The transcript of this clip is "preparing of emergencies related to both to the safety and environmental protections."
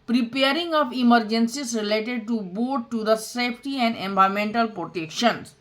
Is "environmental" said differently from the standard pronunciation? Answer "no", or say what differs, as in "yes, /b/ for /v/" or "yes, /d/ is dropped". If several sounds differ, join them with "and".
yes, /ɹ/ is dropped and /n/ is dropped